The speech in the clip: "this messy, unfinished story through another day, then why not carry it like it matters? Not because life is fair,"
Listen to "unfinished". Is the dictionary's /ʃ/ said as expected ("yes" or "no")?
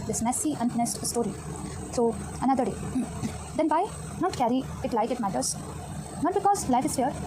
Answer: no